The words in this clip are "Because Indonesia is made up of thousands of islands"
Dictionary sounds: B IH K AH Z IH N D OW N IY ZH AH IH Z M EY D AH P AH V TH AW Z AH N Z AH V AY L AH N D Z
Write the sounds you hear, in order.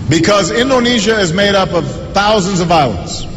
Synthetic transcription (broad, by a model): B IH K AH Z IH N D OW N IY ZH AH IH Z M EY D AH P AH V TH AW Z AH N Z AH V AY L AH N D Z